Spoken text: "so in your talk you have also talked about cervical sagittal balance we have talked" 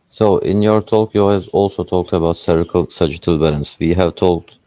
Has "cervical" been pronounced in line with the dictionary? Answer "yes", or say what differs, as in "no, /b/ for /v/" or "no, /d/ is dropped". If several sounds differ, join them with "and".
no, /v/ is dropped